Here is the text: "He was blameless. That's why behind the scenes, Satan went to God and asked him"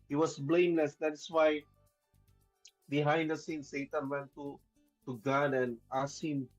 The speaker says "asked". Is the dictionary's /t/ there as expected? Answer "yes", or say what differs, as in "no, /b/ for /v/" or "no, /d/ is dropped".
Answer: no, /t/ is dropped